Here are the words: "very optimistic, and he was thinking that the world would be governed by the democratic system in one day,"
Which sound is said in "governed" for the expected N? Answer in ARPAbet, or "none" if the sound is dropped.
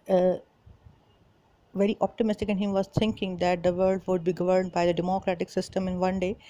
N